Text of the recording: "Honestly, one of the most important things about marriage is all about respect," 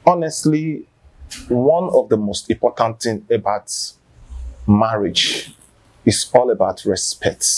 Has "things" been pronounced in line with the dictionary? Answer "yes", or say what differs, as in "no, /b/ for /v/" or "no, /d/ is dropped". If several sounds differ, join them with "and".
no, /z/ is dropped